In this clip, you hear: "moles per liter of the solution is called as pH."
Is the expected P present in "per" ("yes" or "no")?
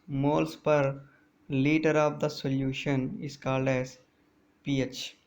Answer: yes